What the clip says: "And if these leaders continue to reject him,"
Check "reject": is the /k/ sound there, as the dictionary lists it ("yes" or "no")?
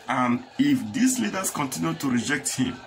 yes